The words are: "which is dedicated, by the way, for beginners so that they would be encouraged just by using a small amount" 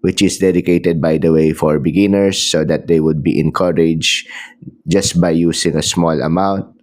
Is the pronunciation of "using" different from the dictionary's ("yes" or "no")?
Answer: yes